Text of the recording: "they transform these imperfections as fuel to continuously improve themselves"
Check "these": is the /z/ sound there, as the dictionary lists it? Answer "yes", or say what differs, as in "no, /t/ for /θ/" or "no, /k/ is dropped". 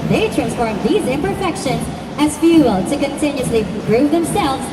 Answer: yes